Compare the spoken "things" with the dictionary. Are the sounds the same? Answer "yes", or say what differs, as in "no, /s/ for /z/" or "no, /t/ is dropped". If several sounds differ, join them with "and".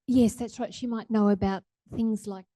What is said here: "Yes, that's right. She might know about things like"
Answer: yes